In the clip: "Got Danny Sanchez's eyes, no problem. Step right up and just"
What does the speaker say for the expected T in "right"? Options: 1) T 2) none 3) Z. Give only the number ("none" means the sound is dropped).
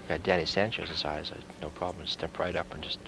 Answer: 1